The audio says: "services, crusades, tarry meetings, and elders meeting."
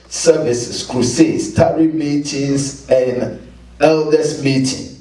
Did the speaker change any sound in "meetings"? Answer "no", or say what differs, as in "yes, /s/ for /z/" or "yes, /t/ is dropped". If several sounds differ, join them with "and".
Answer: yes, /s/ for /z/